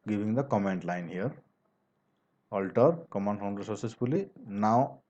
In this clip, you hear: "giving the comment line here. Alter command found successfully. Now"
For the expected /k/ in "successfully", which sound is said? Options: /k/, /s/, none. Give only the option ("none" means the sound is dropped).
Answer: none